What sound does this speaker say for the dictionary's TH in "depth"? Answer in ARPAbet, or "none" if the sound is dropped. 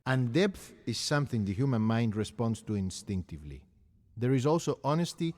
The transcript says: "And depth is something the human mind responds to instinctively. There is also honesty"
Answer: TH